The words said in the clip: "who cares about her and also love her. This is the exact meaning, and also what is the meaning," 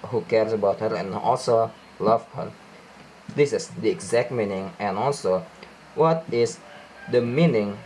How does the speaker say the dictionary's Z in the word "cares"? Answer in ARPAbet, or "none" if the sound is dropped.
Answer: S